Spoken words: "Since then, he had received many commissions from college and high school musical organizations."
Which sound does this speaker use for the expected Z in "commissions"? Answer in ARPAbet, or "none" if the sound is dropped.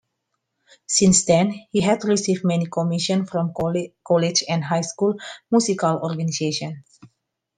none